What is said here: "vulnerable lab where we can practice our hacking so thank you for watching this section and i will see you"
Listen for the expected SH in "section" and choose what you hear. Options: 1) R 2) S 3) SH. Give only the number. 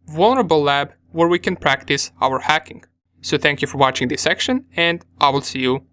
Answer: 3